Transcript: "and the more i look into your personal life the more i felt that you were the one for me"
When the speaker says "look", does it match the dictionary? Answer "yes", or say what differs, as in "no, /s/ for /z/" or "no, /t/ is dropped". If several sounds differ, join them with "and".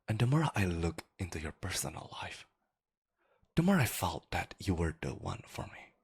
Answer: yes